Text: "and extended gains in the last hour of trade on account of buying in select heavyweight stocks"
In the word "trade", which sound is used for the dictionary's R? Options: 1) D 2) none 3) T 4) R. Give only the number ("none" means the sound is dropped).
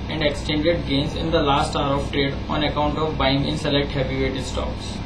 4